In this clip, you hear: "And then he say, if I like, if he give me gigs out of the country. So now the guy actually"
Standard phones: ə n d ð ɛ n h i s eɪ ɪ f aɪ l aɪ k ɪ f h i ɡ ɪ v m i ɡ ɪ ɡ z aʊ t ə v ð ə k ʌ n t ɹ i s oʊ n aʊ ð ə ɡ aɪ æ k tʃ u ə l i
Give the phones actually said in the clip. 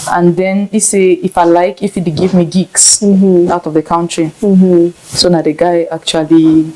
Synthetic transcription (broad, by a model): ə n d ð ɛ n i s eɪ ɪ f aɪ l aɪ k ɪ f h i ɡ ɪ v m i ɡ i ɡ s aʊ t ə v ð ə k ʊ n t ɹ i s oʊ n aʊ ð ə ɡ aɪ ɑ k tʃ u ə l i